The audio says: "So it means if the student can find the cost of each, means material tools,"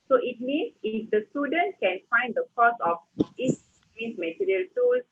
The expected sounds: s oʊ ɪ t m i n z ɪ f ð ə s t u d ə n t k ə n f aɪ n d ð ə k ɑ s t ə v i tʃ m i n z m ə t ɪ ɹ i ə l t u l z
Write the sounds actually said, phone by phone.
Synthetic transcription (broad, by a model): s oʊ ɪ t m i n s ɪ f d ə s t u d ə n t k ə n f aɪ n d ə k ɑ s ə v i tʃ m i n s m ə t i ɹ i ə l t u l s